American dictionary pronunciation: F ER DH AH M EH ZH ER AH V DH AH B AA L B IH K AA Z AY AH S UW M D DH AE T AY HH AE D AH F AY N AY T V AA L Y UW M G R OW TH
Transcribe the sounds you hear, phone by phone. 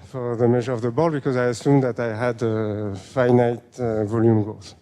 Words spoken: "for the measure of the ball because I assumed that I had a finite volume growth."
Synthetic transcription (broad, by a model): F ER DH AH M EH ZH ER AH V DH AH B AA L B IH K AA Z AY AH S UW M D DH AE T AY HH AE D AH F AY N AY T V AA L Y UW M G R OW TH